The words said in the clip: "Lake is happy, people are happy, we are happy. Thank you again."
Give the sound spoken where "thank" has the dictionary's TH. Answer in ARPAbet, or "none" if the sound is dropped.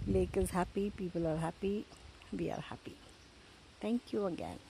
T